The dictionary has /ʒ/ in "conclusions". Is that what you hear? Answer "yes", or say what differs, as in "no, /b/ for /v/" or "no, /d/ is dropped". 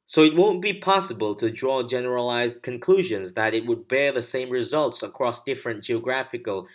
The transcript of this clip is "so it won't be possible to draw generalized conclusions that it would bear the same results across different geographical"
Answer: yes